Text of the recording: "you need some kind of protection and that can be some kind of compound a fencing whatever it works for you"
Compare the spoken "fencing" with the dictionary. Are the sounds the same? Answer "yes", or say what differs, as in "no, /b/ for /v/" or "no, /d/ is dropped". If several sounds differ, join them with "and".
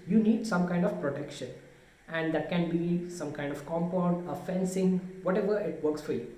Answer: yes